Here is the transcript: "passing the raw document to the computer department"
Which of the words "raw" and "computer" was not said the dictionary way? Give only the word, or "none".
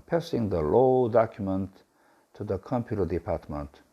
raw